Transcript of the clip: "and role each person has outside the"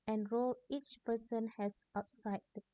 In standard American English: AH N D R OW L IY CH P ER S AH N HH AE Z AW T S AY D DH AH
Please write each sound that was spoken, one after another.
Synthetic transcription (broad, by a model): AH N R OW L IY CH P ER S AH N HH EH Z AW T S AY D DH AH